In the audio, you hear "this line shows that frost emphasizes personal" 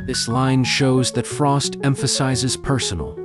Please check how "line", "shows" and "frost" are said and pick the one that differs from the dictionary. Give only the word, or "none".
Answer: none